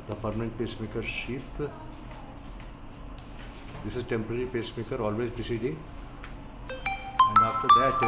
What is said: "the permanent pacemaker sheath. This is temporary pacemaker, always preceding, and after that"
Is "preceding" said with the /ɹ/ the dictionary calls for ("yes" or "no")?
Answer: no